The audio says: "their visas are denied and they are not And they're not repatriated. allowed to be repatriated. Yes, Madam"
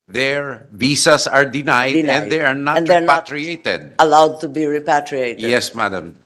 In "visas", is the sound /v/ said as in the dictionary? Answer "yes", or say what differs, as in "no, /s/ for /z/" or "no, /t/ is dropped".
no, /b/ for /v/